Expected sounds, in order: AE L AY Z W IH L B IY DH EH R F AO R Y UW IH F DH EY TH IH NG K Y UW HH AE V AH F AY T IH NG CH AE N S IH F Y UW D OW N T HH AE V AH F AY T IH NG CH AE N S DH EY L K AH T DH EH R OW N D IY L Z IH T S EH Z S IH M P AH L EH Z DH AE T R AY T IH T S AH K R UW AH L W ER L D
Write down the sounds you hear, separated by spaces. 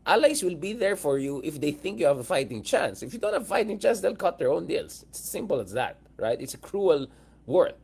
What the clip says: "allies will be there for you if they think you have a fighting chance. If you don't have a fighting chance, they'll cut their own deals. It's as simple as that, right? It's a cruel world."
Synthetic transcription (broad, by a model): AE L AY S W IH L B IY DH EH R F AO R Y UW IH F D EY TH IH NG K Y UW HH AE V AH F AY T IH NG CH AE N S IH F Y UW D OW N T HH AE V F AY T IH NG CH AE N S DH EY L K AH T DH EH R OW N D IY L S IH T S S IH M P AH L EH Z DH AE T R AY T IH T S AH K R UW AH L W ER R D